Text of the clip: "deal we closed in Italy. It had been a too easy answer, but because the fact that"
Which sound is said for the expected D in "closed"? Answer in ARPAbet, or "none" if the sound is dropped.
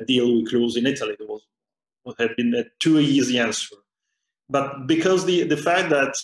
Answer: none